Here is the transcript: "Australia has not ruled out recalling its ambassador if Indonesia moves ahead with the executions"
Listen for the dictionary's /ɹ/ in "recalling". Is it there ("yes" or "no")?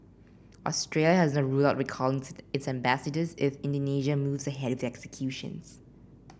no